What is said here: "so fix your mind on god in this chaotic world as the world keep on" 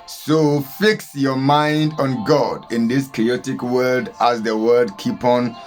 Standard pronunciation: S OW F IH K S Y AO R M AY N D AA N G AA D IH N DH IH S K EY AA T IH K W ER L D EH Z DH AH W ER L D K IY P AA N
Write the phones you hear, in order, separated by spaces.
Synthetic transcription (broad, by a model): S OW F IH K S Y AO M AY N D AA N G AA D IH N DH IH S K EY AA T IH K W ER D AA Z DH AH W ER D K IY P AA N